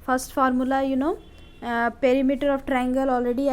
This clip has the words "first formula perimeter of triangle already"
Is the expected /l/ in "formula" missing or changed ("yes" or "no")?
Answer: yes